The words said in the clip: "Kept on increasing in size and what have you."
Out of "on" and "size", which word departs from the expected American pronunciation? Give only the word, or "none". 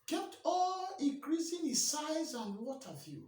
on